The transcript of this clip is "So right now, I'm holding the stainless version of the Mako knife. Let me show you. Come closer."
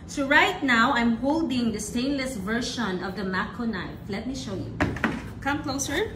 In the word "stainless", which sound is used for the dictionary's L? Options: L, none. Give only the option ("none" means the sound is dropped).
L